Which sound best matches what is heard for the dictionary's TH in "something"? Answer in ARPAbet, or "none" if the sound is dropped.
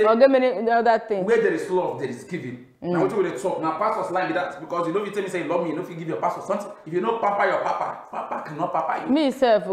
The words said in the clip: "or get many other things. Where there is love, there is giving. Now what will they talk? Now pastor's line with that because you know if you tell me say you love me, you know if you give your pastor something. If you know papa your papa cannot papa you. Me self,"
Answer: T